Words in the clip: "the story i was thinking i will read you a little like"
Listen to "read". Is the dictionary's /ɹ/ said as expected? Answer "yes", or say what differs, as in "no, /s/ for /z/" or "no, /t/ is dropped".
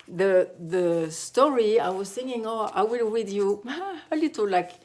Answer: no, /w/ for /ɹ/